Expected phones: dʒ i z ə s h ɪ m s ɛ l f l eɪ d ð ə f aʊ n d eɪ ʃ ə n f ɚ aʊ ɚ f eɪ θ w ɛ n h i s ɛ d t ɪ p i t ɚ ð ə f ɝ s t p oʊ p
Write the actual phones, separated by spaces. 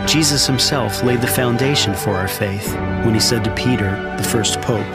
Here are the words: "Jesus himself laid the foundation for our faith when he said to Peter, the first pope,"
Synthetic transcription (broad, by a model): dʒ i z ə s h ɪ m s ɛ l f l eɪ d ð ə f aʊ n d eɪ ʃ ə n f ɚ aʊ ɚ f eɪ θ w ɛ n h i s ɛ d t ɪ p i t ɚ ð ə f ɝ s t p oʊ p